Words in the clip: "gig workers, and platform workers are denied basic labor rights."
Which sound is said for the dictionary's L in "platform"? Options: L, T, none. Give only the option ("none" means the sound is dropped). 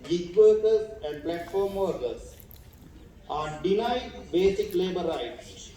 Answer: L